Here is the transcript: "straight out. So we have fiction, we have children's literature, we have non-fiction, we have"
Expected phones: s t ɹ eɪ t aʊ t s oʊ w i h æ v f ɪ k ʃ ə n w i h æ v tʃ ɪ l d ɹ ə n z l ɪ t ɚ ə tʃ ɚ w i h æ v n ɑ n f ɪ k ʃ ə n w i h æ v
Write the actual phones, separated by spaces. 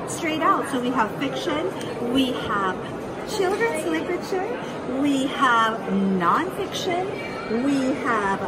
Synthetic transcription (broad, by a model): s t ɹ eɪ t aʊ t s oʊ w i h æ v f ɪ k ʃ ə n w i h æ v tʃ ɪ l d ɹ ə n z l ɪ t ɚ ə tʃ ɚ w i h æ v n ɑ n f ɪ k ʃ ə n w i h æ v